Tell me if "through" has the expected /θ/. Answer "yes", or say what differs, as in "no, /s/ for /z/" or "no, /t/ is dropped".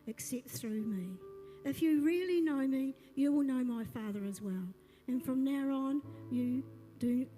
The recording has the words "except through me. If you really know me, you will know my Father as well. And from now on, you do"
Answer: yes